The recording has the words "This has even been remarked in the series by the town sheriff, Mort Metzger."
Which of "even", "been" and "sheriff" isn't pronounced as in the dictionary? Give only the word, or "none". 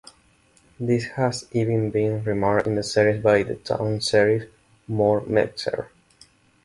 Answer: sheriff